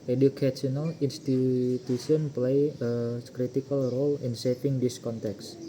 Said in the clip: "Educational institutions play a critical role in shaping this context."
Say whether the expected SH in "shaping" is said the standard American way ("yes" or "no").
no